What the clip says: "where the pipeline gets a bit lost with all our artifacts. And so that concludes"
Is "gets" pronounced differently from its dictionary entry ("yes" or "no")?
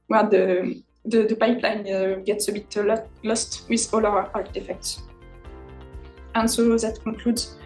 no